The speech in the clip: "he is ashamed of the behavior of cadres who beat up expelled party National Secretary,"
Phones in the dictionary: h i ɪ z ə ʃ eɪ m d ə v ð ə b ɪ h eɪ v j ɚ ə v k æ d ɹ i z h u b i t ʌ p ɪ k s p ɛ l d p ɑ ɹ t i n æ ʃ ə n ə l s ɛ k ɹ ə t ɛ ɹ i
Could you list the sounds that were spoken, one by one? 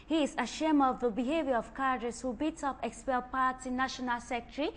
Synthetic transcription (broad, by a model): h i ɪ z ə ʃ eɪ m ə v ð ə b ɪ h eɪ v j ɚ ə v k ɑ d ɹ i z h u b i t ʌ p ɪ k s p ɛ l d p ɑ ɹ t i n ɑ ʃ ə n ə l s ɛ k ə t ɹ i